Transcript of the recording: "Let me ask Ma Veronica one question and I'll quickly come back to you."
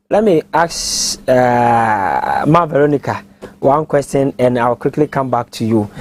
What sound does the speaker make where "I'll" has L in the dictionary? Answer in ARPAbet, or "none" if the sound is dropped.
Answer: W